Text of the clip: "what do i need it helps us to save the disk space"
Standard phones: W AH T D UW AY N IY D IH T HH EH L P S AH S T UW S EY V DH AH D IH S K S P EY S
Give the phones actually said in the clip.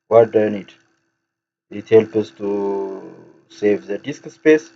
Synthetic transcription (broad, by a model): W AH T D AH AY N IY D IH T HH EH L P AH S T UW S EY V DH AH D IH S K S P EY S